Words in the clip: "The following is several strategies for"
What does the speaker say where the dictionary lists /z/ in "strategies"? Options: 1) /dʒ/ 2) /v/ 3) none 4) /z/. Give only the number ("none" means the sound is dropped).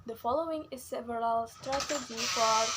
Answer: 3